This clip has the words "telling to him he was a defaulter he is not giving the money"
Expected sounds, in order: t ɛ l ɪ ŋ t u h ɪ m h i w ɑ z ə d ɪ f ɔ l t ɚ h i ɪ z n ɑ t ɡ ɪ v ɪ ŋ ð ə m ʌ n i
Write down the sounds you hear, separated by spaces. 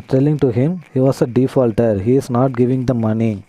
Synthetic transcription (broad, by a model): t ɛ l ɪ ŋ t u h ɪ m h i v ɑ s ə d ɪ f ɔ l t ɚ h i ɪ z n ɑ t ɡ ɪ v ɪ ŋ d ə m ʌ n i